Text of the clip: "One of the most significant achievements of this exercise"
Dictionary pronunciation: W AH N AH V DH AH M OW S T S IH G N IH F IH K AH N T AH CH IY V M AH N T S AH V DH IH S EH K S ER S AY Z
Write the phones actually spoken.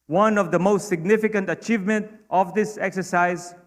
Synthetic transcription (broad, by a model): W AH N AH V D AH M OW S T S IH G N IH F IH K AH N T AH CH IY V M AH N T AH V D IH S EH K S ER S AY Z